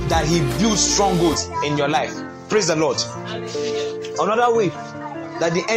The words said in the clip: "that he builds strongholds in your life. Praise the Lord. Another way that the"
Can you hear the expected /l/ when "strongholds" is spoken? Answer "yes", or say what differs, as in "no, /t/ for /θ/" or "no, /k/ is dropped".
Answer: no, /l/ is dropped